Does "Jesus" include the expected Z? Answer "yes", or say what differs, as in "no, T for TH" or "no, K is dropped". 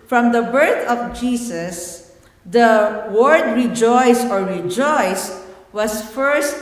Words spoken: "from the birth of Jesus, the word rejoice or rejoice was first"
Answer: no, S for Z